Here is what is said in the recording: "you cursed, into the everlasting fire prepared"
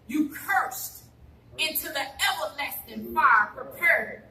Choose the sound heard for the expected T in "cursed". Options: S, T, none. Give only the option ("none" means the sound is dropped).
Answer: T